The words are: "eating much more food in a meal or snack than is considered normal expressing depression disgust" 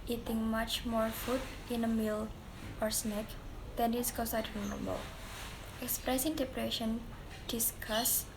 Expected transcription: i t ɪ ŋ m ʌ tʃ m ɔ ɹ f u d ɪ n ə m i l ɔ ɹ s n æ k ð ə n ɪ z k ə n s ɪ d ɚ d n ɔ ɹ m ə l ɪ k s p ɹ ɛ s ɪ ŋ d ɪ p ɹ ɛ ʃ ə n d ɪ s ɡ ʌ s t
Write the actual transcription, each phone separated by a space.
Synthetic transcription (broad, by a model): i t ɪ ŋ m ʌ tʃ m ɔ ɹ f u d ɪ n ə m i l ɔ ɹ s n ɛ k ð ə n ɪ s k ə s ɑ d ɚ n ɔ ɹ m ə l ɪ k s p ɹ ɛ s ɪ ŋ d ɪ p ɹ ɛ ʃ ə n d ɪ s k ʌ s